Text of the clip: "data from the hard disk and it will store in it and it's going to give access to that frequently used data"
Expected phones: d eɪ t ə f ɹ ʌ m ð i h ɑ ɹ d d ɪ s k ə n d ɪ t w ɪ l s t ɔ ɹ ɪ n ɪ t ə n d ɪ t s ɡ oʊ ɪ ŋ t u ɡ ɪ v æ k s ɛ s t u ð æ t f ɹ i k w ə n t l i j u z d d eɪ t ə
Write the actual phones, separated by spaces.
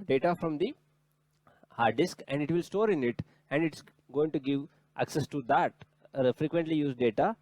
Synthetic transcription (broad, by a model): d eɪ t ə f ɹ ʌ m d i h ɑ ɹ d d ɪ s k ə n d ɪ t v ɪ l s t ɔ ɹ ɪ n ɪ t ə n d ɪ t s ɡ oʊ ɪ ŋ t u ɡ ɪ v æ k s ɛ s t u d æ t f ɹ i k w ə n t l i j u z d d eɪ t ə